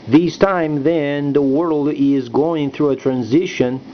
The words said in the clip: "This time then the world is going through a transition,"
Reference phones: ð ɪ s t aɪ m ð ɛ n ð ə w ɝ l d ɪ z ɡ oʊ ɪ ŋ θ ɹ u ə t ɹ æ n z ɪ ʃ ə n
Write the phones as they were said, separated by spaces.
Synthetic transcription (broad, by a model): ð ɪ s t aɪ m ð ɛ n ð ə w ɝ l d ɪ z ɡ oʊ ɪ ŋ θ ɹ u ə t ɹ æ n z ɪ ʃ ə n